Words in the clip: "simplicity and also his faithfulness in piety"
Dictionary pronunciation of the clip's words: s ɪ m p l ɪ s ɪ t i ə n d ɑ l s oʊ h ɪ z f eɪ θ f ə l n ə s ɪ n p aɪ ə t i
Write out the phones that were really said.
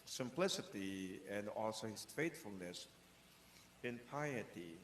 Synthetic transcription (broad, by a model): s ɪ m p l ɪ s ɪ t i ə n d ɑ l s oʊ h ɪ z f eɪ t f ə l n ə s ɪ n p aɪ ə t i